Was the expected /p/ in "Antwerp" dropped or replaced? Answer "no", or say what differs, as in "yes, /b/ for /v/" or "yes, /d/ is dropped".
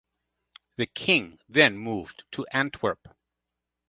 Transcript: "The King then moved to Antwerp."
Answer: no